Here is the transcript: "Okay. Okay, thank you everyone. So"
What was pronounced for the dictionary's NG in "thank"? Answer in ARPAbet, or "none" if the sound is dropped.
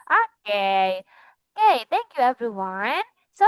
NG